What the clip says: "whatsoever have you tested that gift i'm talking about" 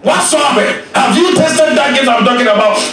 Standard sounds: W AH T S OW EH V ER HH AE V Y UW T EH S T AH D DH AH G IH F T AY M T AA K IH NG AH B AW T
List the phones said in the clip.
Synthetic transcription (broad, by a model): W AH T S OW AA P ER HH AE V Y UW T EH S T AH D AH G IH T AY M T AA K IH NG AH B AW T